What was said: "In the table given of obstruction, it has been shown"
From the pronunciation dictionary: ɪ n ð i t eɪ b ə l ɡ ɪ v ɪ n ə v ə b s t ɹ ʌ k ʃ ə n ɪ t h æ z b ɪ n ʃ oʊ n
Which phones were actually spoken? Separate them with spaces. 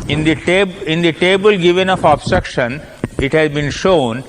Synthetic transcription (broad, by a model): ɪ n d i t eɪ b ə l ɡ ɪ v ɪ n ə f ə b s t ɹ ʌ k ʃ ə n ɪ t h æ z b ɪ n ʃ oʊ n